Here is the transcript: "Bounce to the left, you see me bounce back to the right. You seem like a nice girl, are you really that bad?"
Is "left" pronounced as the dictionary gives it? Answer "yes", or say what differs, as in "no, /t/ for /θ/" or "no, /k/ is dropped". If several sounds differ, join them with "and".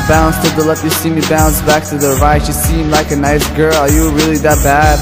no, /f/ is dropped